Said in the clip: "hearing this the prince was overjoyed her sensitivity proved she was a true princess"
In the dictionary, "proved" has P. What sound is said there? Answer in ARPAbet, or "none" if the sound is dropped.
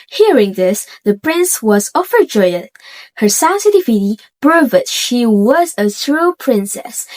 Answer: B